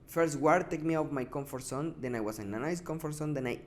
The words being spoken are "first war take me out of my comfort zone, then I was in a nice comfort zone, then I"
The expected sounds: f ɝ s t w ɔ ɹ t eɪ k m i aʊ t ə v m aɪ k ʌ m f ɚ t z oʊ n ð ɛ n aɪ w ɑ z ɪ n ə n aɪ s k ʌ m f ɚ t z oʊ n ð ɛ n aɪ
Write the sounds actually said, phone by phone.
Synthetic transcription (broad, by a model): f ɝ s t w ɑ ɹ t eɪ k m i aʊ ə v m aɪ k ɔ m f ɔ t s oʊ n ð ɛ n aɪ w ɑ s ɪ n ə n aɪ s k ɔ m f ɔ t s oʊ n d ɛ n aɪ